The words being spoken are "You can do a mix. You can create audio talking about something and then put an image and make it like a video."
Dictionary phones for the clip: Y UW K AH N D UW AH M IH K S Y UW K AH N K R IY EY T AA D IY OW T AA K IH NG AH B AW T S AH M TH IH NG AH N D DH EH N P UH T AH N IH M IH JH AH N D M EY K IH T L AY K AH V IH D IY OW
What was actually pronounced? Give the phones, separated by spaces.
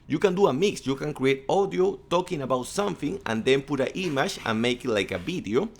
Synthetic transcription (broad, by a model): Y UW K AH N D UW AH M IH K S Y UW K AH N K R IY EY T AA D IY OW T AA K IH NG AH B AW T S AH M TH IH NG AH N D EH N P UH T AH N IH M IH SH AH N M EY K IH T L AY K AH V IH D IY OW